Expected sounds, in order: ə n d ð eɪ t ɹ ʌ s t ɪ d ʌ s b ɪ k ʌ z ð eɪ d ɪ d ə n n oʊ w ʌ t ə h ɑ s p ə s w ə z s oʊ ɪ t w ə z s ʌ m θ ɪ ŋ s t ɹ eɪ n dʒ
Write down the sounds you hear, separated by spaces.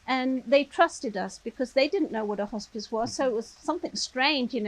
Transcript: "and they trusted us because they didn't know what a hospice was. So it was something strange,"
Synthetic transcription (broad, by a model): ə n ð eɪ t ɹ ʌ s t ɪ d ʌ s b ɪ k ʌ z ð eɪ d ɪ d n n oʊ w ʌ t ə h ɑ s p ə s w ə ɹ s oʊ ɪ t w ə z s ʌ m θ ɪ ŋ s t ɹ eɪ n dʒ